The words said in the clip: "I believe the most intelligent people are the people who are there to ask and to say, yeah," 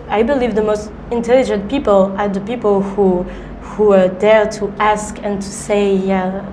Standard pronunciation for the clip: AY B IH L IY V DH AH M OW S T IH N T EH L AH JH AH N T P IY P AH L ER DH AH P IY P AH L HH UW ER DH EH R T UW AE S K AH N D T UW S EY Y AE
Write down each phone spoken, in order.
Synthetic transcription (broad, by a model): AY B IH L IY V DH AH M OW S T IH N T EH L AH JH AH N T P IY P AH L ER DH AH P IY P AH L HH UW ER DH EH R T UW AE S K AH N T UW S EY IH